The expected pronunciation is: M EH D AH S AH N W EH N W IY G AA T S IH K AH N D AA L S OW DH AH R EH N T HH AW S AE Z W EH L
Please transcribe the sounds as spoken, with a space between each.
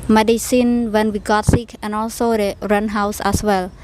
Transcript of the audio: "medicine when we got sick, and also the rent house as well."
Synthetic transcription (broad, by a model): M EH D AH S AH N W EH N W IY G AA T S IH K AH N AA L S OW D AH R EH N HH AW S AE S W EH L